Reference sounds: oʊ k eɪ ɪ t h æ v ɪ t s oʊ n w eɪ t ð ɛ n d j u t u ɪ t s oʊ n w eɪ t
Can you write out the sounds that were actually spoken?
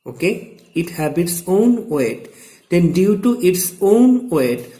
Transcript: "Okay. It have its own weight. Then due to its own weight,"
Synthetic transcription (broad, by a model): oʊ k eɪ ɪ t h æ b ɪ t s oʊ n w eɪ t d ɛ n d j u t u ɪ t s oʊ n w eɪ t